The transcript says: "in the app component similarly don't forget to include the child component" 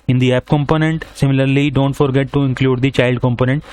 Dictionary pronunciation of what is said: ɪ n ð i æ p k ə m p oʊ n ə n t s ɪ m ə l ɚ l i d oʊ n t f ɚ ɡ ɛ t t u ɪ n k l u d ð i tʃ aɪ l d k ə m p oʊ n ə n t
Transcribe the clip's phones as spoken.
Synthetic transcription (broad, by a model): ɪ n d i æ p k ə m p oʊ n ə n t s ɪ m ə l ɚ l i d oʊ n t f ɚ ɡ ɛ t t u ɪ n k l u d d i tʃ aɪ l d k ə m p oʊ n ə n t